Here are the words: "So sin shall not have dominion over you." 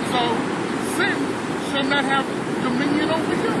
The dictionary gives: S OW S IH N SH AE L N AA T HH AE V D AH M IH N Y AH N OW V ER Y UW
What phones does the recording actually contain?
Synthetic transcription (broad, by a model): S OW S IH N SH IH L N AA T HH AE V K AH M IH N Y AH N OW W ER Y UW